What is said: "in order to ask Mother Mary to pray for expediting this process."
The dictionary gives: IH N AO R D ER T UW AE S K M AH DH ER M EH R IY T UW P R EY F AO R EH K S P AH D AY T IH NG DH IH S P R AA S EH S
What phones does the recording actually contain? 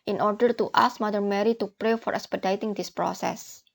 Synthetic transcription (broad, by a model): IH N AO R D ER T UW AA S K M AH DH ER M EH R IY T UW P R EY F AO R EH K S P AH D AY T IH NG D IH S P R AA S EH S